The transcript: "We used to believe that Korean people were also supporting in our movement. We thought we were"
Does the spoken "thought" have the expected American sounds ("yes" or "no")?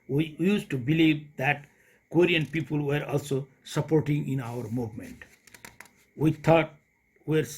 no